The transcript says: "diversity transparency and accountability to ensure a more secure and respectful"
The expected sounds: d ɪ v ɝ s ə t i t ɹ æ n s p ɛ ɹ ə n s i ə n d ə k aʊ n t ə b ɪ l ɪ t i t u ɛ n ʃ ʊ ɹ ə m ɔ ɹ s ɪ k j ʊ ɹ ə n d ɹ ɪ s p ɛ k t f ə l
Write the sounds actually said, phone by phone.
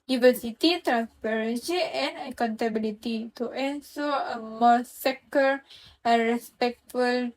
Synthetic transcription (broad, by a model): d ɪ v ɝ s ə t i t ɹ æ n s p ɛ ɹ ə n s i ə n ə k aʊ n t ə b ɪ l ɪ t i t u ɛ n s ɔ ə m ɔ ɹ s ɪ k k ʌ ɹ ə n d ɹ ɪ s p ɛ k t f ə l